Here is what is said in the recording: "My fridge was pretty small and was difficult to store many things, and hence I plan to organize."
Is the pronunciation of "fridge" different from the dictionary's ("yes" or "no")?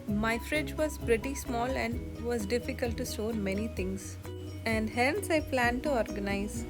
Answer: no